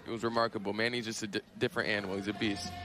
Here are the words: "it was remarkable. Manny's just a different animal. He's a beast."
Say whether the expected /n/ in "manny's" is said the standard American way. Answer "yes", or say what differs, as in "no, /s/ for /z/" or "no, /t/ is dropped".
yes